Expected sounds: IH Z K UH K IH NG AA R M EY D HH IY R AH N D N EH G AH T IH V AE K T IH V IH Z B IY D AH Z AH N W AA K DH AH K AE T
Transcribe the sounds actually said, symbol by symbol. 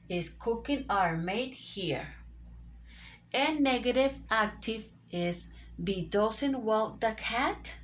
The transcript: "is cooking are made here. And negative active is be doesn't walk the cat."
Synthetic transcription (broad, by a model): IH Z K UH K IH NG AA R M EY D HH IY R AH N N EH G AH T IH V AE K T IH V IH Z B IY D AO S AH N W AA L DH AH K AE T